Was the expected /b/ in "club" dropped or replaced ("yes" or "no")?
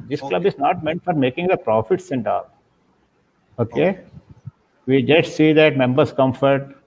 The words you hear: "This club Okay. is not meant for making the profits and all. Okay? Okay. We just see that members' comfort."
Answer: no